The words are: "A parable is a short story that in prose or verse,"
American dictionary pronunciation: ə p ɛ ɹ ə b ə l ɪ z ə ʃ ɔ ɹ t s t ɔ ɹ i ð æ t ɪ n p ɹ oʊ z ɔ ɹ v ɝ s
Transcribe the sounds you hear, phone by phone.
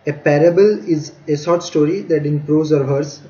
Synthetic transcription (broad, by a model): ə p ɛ ɹ ə b ə l ɪ z ə s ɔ ɹ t s t ɔ ɹ i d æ t ɪ n p ɹ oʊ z ɔ ɹ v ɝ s